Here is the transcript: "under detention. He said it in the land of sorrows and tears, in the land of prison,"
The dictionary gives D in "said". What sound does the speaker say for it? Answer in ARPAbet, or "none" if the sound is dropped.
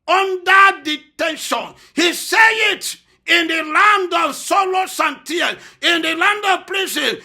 none